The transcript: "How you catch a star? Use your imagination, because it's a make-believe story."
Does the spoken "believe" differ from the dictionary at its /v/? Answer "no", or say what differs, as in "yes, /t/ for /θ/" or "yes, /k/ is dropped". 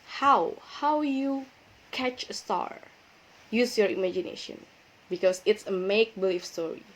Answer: yes, /f/ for /v/